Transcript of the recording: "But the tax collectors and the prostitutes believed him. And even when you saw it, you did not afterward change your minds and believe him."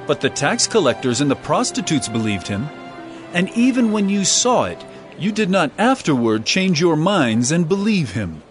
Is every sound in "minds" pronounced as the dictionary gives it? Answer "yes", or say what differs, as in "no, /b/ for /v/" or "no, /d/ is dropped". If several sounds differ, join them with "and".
yes